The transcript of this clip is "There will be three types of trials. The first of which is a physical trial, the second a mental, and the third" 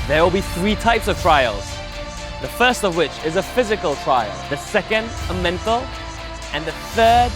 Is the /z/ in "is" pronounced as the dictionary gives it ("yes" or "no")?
yes